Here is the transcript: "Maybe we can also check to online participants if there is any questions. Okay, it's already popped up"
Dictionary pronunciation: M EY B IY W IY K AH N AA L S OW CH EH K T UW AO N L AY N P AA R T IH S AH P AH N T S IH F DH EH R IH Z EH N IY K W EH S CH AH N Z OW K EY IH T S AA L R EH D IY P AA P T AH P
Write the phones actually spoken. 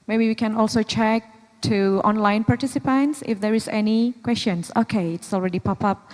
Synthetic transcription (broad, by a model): M EY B IY W IY K AH N AA L S OW CH EH K T UW AO N L AY N P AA R T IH S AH P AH N T S IH F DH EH R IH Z EH N IY K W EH S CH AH N S OW K EY IH T S AA L R EH D IY P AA P AH P